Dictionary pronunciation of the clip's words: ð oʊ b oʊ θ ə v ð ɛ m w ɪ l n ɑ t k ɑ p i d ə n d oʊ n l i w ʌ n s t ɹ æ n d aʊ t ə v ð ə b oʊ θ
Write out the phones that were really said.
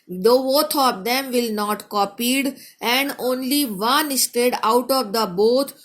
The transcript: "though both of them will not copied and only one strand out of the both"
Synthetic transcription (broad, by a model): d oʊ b oʊ t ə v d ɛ m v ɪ l n ɑ t k ɑ p i d ə n d oʊ n l i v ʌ n s t ɛ d aʊ t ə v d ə b oʊ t